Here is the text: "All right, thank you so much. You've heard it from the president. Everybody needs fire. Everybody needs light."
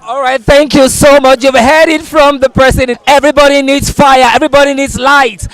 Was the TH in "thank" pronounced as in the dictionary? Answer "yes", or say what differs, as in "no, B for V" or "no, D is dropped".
yes